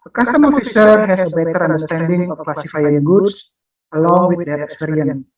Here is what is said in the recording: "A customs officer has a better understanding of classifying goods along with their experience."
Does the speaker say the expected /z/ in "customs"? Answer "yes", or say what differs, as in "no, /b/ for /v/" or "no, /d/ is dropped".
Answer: no, /z/ is dropped